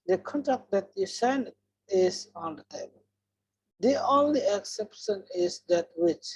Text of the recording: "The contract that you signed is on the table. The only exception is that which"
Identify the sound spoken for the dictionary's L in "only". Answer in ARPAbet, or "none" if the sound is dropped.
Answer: L